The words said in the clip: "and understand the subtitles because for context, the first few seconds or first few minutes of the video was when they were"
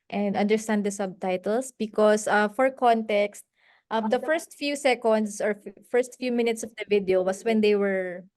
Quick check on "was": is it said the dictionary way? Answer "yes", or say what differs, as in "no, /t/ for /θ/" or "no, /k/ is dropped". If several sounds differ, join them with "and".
no, /s/ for /z/